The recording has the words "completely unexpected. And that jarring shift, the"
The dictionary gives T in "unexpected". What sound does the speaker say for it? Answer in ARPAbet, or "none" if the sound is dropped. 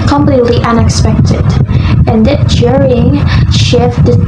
T